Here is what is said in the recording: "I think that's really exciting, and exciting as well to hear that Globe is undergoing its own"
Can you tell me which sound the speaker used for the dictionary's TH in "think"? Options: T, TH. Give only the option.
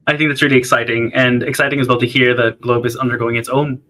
TH